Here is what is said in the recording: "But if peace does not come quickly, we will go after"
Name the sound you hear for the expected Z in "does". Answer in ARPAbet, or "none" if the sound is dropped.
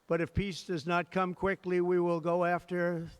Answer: Z